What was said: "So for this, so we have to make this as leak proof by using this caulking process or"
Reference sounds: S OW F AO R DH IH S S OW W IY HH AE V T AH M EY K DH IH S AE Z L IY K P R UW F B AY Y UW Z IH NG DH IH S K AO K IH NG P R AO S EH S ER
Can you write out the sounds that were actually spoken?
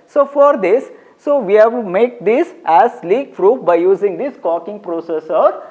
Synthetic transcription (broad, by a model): S OW F AO R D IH S S OW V IY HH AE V M EY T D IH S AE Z L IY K F R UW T B AY Y UW Z IH NG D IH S K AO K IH NG P R AO S EH S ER